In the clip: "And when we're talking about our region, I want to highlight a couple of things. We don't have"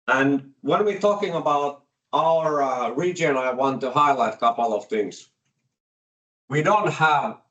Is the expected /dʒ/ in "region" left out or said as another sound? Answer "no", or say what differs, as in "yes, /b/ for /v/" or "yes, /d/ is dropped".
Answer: no